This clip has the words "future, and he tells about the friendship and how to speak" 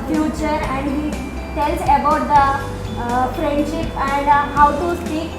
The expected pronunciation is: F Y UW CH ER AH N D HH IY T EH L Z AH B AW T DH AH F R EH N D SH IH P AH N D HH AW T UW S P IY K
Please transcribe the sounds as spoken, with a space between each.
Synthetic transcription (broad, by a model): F Y UW CH ER AH N D HH IY T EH L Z AH B AW T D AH F R EH N D SH IH P AH N D HH AW T UW S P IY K